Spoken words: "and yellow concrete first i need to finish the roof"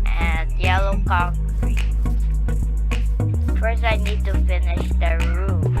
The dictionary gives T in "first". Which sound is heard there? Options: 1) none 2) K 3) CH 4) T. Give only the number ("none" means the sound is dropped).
1